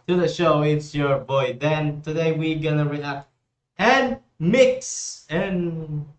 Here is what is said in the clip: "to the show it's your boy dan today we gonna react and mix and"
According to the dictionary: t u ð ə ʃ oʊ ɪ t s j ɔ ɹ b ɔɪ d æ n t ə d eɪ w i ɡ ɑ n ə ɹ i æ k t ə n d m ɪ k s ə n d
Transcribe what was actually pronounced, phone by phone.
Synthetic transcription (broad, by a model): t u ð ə ʃ oʊ ɪ t s j ɔ ɹ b ɔɪ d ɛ n t ə d eɪ w i ɡ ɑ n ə ɹ i æ k t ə n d m ɪ k s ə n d